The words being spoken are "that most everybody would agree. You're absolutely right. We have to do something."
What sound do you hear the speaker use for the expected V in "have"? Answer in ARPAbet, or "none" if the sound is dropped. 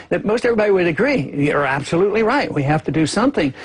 F